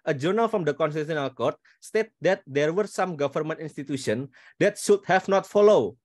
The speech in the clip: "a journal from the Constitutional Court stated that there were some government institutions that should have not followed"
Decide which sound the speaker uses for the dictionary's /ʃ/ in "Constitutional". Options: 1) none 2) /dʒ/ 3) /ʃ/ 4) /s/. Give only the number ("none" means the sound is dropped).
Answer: 1